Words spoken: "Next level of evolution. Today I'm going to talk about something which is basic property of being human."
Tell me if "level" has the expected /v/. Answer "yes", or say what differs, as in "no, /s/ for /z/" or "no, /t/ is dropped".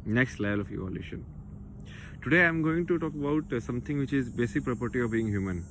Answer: no, /v/ is dropped